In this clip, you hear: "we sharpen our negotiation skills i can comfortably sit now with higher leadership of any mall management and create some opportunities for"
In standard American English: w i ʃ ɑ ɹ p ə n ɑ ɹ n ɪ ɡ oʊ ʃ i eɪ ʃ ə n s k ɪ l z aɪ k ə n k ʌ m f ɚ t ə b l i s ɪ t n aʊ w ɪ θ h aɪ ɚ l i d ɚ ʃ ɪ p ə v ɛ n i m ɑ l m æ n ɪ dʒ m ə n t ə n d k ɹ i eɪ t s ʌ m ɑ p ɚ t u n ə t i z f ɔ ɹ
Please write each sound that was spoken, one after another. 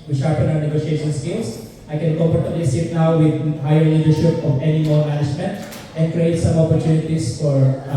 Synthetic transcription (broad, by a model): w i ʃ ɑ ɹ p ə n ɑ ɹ n ɪ ɡ oʊ ʃ i eɪ ʃ ə n s k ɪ l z aɪ k ə n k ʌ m p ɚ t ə l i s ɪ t n aʊ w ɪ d h aɪ ɚ l i d ɚ ʃ ɪ p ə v ɛ n i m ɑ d m æ n ɪ dʒ m ə n t ə n d k ɹ i eɪ t s ʌ m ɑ p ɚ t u n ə t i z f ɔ ɹ